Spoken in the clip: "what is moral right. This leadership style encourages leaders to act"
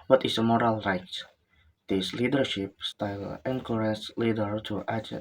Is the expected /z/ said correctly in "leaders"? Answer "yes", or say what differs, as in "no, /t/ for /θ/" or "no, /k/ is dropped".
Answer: no, /z/ is dropped